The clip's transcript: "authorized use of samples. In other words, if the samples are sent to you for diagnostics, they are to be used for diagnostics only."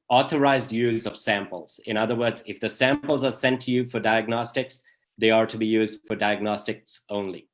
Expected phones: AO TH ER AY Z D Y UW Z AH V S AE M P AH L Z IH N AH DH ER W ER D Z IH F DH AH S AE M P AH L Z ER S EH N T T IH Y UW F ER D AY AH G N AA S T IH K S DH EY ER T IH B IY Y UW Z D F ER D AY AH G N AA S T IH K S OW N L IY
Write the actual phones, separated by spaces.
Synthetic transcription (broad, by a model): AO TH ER AY Z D Y UW Z AH V S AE M P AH L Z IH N AH DH ER W ER D Z IH F DH AH S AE M P L Z ER S EH N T T IH Y UW F ER D AY AH G N AA S T IH K S DH EY ER T IH B IY Y UW Z D F ER D AY AH G N AA S T IH K S OW N L IY